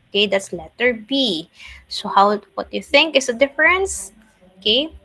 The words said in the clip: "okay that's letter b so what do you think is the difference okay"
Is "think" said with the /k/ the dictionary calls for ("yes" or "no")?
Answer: yes